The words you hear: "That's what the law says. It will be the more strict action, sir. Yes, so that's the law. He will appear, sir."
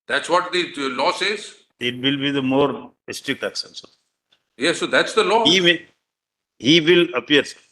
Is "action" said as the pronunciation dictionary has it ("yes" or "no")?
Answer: no